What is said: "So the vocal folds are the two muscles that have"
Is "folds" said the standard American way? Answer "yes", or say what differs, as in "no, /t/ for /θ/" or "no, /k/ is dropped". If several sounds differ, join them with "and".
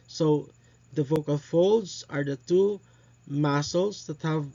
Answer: yes